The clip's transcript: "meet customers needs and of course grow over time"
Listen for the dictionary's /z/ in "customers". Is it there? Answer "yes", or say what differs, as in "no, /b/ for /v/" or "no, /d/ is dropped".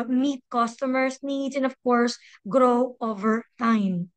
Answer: no, /s/ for /z/